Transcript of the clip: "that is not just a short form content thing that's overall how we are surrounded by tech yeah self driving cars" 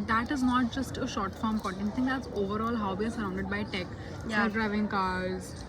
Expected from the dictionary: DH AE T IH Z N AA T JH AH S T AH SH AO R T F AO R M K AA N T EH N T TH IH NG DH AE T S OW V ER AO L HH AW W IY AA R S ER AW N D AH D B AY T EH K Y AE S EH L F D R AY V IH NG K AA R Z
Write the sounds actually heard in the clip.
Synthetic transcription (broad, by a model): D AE T IH Z N AA T JH AH S T AH SH AO R T F AO R M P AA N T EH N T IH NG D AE T S OW V ER AO L HH AW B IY AA R S ER AW N D AH D B AY T EH K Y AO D D R AY V IH NG K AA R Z